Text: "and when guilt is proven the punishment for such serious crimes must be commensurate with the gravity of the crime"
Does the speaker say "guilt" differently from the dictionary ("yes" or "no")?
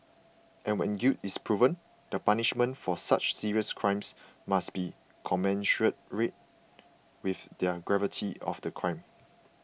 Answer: yes